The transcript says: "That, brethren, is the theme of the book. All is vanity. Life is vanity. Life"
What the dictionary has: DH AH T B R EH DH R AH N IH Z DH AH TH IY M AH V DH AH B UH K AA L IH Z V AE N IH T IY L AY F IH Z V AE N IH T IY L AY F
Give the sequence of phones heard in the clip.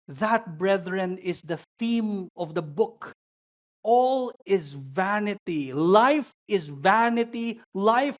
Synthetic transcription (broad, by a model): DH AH T B R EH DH R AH N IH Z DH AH TH IY M AH V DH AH B UH K AA L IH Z V AE N IH T IY L AY F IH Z V AE N IH T IY L AY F